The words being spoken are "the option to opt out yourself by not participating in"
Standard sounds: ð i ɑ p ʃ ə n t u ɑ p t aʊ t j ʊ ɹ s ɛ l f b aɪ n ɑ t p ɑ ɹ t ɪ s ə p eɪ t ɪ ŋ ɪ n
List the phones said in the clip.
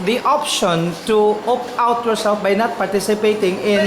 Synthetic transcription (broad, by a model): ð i ɑ p ʃ ə n t u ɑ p aʊ t j ʊ ɹ s ɛ l f b aɪ n ɑ t p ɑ ɹ t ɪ s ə p eɪ t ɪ ŋ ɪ n